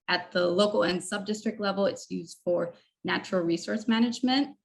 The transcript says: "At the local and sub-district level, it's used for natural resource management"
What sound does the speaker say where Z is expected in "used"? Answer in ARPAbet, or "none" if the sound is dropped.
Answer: Z